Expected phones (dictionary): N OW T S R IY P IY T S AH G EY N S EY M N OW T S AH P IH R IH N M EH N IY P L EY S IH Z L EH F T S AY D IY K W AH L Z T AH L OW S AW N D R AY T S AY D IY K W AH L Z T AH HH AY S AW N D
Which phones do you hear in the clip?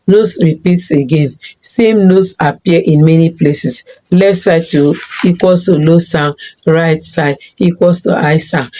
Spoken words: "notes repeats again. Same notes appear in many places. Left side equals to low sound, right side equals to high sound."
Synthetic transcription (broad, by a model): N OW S R IY P IY T S AH G EY N S EY M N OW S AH P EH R IH N M EH N IY P L EY S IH S L EH F T S AY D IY K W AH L S T AH L OW S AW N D R AY T S AY D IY K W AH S T AH AY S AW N